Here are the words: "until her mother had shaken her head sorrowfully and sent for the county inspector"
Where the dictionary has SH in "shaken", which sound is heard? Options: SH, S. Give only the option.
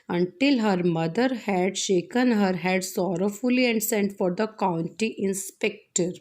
SH